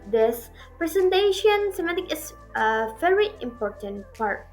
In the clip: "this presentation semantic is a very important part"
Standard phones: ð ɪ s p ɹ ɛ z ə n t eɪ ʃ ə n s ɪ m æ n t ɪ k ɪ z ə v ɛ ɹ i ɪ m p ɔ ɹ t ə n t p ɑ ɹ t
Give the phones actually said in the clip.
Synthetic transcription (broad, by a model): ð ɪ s p ɹ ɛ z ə n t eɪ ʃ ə n s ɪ m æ t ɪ k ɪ s ə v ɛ ɹ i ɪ m p ɔ ɹ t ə n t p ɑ ɹ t